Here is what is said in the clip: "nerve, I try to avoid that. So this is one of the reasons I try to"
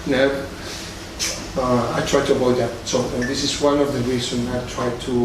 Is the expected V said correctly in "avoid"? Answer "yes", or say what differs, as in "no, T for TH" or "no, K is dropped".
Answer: no, V is dropped